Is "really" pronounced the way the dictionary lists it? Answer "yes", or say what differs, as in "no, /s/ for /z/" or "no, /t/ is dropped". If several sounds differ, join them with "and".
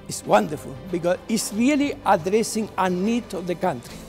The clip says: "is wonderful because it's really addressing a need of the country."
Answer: yes